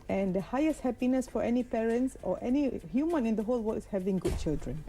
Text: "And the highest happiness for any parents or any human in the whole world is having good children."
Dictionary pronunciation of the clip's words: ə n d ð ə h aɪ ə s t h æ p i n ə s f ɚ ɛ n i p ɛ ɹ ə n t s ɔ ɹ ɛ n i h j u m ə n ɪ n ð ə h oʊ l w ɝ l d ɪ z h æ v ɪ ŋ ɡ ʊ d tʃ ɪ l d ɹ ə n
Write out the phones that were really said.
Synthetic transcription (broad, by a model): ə n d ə h aɪ ə s t h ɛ p i n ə s f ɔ ɛ n i p ɛ ɹ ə n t s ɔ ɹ ɛ n i h j u m ə n ɪ n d ə h oʊ l w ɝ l ɪ s h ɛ v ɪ ŋ ɡ ʊ d tʃ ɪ l d ɹ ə n